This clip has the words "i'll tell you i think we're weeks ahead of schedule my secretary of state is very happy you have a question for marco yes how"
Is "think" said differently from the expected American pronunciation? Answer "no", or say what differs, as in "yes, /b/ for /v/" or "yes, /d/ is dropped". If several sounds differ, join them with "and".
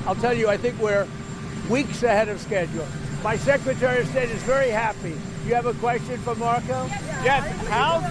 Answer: no